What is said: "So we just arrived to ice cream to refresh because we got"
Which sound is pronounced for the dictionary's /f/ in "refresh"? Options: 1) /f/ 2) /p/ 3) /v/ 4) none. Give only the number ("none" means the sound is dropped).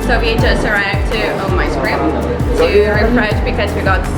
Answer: 2